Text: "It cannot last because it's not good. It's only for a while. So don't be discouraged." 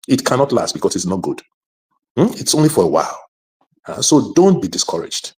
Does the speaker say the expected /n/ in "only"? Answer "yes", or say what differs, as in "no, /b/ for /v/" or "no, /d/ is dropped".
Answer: yes